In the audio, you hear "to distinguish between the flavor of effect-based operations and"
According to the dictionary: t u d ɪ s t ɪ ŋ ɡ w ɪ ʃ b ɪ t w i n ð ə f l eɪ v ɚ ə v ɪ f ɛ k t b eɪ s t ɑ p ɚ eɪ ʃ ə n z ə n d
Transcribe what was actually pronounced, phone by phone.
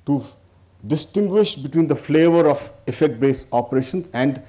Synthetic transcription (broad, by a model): t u d ɪ s t ɪ ŋ ɡ w ɪ ʃ b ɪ t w i n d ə f l eɪ v ɚ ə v ɪ f ɛ k t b eɪ s ɑ p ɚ eɪ ʃ ə n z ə n d